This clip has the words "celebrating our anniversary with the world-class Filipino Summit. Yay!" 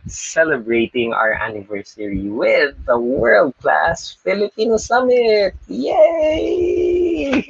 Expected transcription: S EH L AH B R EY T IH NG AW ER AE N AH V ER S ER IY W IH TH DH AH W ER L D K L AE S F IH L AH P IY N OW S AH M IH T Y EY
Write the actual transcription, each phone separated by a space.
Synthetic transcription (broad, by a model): S EH L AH B R EY T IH NG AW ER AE N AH V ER S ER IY W IH DH AH W ER L D K L AE S F IH L AH P IY N OW S AH M IH T Y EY